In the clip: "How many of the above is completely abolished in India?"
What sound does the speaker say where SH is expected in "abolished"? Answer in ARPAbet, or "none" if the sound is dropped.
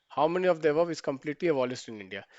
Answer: S